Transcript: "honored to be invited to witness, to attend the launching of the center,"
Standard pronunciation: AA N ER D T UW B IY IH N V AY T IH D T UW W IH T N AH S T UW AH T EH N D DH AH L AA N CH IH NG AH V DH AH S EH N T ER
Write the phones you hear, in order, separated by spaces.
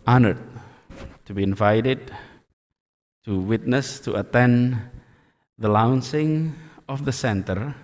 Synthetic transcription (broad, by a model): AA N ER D T UW B IY IH N V AY T IH D T UW W IH T N AH S T UW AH T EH N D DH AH L AA N S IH NG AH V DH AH S EH N T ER